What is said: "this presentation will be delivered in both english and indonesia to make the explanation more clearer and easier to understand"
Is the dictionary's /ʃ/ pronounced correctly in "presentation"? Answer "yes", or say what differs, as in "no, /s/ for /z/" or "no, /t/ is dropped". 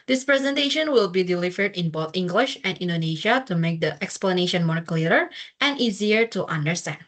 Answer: yes